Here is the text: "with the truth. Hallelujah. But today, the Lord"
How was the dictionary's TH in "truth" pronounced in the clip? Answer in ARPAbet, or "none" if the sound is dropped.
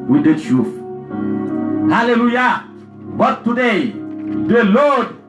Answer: F